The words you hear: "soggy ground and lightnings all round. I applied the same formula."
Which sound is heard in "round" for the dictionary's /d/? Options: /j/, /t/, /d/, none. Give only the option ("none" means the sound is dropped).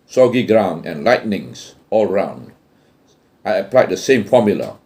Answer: /d/